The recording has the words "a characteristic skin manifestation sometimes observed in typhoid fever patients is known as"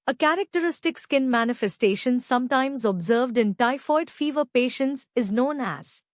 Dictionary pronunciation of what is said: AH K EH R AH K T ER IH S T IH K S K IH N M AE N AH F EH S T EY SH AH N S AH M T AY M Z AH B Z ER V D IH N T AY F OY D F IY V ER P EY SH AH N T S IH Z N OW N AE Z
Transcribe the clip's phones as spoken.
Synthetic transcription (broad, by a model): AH K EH R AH K T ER IH S T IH K S K IH N M AE N AH F EH S T EY SH AH N S AH M T AY M Z AH B Z ER V D IH N T AY F OY D F IY V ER P EY SH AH N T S IH Z N OW N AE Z